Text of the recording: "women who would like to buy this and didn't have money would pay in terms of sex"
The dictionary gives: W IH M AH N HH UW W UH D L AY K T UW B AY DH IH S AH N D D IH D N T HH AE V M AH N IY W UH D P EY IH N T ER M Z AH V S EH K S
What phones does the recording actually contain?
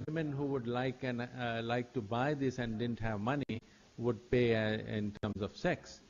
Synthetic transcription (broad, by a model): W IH M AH N HH UW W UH D L AY K T UW B AY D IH S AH N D D IH D N T HH AE V M AH N IY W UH D P EY IH N T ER M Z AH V S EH K S